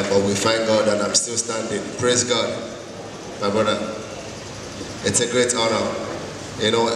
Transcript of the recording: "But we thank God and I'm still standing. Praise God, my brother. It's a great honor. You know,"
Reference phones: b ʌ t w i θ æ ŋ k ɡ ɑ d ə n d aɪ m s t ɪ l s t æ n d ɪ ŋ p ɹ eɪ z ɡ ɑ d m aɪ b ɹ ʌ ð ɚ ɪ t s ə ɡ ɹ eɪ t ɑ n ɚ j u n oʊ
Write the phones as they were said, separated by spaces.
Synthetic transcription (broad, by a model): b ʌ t w i f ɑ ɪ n ɡ ɑ d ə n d aɪ m s t ɪ l s t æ n d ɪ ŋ p ɹ eɪ z ɡ ɑ d m aɪ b ɹ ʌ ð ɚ ɪ t s ə ɡ ɹ eɪ t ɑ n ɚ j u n oʊ